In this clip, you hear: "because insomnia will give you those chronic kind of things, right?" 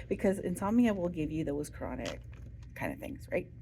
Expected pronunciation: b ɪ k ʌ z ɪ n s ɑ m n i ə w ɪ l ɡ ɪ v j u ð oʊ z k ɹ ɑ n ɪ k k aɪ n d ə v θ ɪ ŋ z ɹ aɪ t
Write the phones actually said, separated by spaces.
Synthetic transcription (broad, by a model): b ɪ k ʌ z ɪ n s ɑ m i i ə w ɪ l ɡ ɪ v j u ð oʊ z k ɹ ɑ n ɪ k k aɪ n d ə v θ ɪ ŋ z ɹ aɪ t